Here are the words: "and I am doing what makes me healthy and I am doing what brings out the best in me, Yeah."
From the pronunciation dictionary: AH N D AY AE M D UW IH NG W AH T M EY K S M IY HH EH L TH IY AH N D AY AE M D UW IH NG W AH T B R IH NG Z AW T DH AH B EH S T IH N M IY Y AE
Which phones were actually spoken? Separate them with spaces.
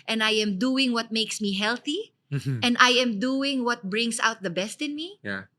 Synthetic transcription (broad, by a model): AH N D AY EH M D UW IH NG W AH T M EY K S M IY HH EH L TH IY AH N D AY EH M D UW IH NG W AH T B R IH NG S AW T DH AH B EH S T IH N M IY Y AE